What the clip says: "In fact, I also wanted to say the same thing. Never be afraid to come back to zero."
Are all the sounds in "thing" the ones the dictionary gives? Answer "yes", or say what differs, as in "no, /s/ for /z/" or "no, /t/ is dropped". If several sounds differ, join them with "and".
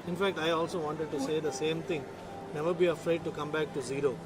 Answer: no, /t/ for /θ/